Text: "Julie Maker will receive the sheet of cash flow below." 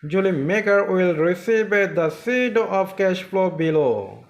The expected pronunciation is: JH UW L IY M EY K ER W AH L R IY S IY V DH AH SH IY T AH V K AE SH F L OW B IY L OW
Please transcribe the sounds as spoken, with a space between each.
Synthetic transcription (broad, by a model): JH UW L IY M EY K ER W AH L R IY S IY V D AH S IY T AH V K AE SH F L OW B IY L OW